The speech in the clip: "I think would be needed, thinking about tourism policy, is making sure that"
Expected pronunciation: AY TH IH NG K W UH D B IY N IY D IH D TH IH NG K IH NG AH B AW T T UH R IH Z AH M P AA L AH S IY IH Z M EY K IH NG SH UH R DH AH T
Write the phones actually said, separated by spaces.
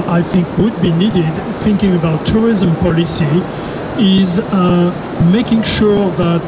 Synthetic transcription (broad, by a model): AY TH IH NG K W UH D B IY N IY D IH D TH IH NG K IH NG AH B AW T T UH R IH Z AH M P AA L AH S IY IH Z M EY K IH NG SH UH R DH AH T